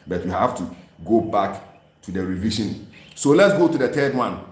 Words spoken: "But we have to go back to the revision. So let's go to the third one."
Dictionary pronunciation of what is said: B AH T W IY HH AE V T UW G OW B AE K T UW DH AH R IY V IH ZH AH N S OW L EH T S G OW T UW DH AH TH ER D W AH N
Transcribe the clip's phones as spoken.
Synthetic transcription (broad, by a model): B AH T W IY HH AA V T UW G OW B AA K T UW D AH R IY V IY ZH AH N S OW L EH T S G OW T UW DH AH T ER D W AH N